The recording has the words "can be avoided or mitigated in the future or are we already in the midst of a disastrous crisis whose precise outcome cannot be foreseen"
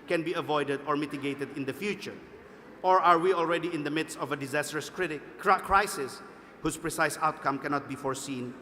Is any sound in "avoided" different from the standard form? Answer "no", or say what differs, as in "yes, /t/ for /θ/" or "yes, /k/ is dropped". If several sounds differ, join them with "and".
no